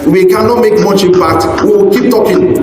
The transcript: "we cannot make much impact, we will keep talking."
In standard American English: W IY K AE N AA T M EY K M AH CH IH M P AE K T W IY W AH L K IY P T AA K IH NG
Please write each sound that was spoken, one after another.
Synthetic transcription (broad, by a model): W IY K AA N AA M EY K M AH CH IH P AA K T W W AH K IY P T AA K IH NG